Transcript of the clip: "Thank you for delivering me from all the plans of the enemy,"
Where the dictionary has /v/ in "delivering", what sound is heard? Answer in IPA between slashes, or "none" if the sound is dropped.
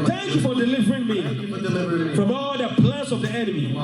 /v/